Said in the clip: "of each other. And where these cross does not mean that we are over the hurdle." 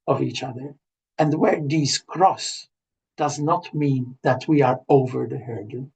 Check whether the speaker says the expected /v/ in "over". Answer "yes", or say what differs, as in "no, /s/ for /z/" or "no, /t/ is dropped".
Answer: yes